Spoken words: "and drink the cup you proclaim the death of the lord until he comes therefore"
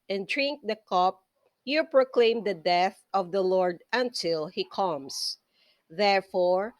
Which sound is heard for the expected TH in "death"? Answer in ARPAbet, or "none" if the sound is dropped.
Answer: TH